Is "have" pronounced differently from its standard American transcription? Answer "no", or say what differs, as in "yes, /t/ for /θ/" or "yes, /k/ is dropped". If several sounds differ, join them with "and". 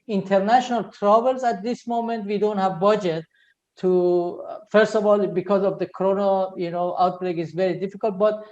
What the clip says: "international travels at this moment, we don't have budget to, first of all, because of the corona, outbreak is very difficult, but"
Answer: no